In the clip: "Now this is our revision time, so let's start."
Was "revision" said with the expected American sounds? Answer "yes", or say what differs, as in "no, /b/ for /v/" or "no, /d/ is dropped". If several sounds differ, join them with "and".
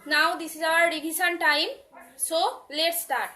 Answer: no, /b/ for /v/ and /s/ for /ʒ/